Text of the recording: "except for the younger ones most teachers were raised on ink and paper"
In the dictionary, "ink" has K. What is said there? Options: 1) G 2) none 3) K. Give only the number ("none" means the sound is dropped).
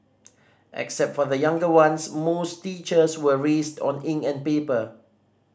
2